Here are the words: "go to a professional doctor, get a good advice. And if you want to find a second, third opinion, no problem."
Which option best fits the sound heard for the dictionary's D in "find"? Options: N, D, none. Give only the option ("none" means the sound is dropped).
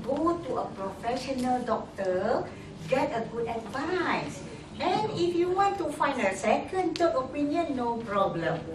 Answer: D